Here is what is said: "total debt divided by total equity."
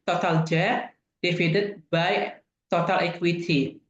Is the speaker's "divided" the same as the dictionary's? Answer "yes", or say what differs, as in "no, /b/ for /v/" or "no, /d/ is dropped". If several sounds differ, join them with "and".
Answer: no, /f/ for /v/